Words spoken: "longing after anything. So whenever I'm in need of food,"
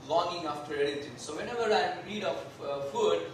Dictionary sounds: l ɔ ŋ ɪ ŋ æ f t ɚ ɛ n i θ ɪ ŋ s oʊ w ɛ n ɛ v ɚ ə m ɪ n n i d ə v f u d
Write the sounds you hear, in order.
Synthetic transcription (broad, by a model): l ɔ ŋ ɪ ŋ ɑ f t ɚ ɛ l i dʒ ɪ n s oʊ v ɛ n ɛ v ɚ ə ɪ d i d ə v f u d